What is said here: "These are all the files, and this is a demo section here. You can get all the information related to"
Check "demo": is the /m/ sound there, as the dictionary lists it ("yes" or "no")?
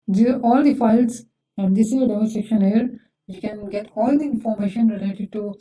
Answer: no